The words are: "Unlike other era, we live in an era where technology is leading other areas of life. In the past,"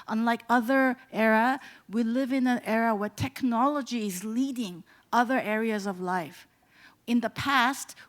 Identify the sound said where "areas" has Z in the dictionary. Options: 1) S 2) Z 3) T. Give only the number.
2